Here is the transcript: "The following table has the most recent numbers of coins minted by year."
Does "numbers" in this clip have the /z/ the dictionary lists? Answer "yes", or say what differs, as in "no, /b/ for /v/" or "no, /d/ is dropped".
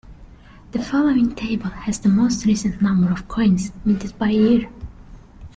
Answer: no, /z/ is dropped